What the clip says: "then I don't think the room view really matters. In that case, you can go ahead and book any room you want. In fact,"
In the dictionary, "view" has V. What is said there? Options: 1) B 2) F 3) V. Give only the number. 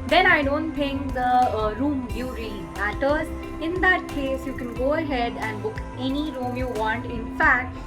1